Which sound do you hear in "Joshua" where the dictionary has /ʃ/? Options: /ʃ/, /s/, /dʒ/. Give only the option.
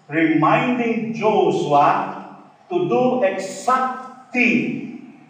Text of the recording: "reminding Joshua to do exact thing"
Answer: /s/